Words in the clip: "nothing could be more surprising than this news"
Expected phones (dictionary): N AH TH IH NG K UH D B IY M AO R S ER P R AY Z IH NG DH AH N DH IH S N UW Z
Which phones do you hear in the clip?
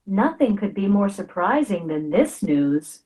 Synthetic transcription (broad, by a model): N AH TH IH NG K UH D B IY M AO R S ER P R AY Z IH NG DH AH N DH IH S N UW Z